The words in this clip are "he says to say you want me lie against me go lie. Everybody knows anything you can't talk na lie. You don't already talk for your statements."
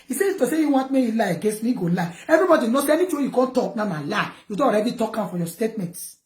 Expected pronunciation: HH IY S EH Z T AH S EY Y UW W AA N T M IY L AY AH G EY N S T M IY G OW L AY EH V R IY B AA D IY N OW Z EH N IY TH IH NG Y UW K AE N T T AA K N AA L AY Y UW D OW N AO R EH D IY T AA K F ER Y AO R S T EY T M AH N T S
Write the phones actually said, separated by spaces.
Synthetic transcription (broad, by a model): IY S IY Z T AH S EY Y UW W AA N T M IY L AY AH G EY N S T M IY G OW L AY EH V R IY B AA D IY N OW S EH N IY T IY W Y UW K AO N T T AA K N AA L AY Y UW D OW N AO R EH D IY T AA K F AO Y AO S T EY T M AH N T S